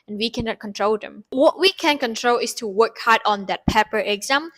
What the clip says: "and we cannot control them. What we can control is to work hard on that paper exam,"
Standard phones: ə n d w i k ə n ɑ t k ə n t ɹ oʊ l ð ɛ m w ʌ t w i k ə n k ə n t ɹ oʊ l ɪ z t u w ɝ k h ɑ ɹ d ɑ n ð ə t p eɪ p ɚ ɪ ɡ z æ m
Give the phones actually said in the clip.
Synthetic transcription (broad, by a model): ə n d w i k ə n ɑ t k ə n t ɹ oʊ l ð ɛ m w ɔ t w i k ə n k ə n t ɹ oʊ l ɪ s t u w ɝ k h ɑ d ɑ n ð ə t p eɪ p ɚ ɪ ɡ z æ m